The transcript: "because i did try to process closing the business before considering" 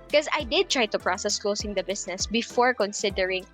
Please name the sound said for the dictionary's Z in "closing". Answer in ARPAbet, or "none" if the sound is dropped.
S